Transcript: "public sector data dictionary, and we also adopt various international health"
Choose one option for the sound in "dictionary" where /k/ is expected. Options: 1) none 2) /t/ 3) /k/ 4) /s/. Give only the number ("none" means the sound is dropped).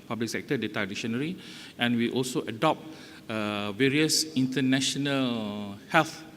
1